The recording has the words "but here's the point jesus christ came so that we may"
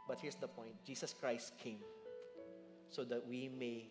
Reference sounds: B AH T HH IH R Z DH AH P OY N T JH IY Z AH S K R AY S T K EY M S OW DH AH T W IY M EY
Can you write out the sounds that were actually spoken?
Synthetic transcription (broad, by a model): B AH T HH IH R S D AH P OY N T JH IY S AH S K R AY S T K EY M S OW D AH T W IY M EY